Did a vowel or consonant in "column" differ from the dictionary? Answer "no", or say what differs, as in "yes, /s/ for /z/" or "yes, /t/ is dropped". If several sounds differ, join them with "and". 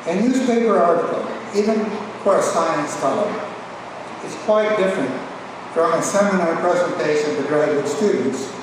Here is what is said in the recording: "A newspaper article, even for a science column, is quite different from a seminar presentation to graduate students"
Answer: yes, /m/ is dropped